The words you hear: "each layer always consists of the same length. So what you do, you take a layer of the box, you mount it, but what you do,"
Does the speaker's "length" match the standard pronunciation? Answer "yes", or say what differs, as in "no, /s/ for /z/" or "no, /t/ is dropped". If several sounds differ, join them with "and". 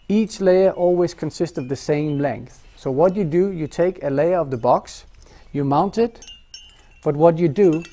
yes